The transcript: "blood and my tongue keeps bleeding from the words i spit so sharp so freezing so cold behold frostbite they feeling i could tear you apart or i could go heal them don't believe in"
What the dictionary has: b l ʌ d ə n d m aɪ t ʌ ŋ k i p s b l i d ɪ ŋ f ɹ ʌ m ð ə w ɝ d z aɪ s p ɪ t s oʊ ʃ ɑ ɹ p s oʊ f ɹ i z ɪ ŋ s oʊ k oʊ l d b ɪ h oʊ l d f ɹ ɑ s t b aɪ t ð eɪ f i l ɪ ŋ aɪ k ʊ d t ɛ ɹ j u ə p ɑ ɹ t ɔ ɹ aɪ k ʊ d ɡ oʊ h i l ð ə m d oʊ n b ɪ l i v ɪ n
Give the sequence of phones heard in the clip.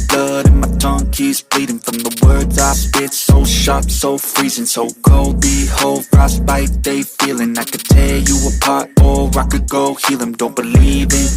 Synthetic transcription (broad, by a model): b l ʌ d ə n m aɪ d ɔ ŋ k i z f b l i d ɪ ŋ f ɹ ʌ m ð ə w ɝ d z aɪ s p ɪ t s oʊ ʃ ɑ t s oʊ f ɹ i z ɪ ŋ s oʊ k oʊ l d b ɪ h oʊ l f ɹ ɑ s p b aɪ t ð eɪ f i l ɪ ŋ aɪ k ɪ t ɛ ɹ j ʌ ə p ɑ ɹ t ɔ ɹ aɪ k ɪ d ɡ oʊ h i l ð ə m d oʊ n b ɪ l i v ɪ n